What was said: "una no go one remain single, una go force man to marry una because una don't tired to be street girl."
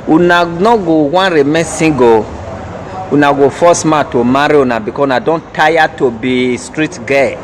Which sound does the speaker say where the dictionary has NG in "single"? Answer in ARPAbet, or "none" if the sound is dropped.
none